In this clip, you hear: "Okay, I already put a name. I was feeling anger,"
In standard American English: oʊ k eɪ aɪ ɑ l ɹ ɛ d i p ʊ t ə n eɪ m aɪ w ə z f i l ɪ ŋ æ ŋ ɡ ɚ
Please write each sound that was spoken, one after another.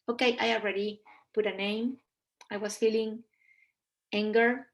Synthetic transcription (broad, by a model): oʊ k eɪ aɪ ɑ l ɹ ɛ d i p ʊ t ə n eɪ m aɪ w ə s f i l ɪ ŋ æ ŋ ɡ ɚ